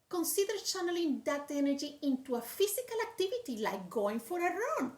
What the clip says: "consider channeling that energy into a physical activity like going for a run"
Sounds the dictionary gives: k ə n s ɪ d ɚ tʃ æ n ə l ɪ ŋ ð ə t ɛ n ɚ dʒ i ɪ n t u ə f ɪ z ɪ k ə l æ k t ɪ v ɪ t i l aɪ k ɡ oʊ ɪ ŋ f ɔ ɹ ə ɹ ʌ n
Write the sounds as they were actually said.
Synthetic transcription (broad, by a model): k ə n s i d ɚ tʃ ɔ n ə l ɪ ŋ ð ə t ɛ n ɚ dʒ i ɪ n t u ə f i s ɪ k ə l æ k t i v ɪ t i l aɪ k ɡ oʊ ɪ ŋ f ɔ ɹ ə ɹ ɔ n